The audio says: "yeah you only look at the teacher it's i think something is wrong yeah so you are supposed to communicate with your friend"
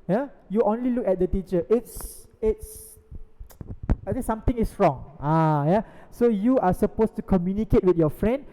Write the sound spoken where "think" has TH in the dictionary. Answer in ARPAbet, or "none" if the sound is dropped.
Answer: S